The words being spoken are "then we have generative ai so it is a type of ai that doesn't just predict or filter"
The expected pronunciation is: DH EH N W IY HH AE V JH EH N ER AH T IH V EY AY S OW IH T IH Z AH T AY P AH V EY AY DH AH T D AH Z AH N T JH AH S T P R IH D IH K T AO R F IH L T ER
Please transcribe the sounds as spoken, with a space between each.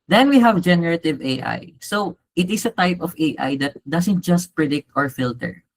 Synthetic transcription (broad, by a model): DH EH N W IY HH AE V JH EH N ER AH T IH V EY AY S OW IH T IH S AH T AY P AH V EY AY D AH T D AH S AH N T JH AH S T P R IH D IH K T AO R F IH L T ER